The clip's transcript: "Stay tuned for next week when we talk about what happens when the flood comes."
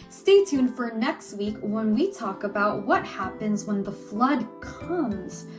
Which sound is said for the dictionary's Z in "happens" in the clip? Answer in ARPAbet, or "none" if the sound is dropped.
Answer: Z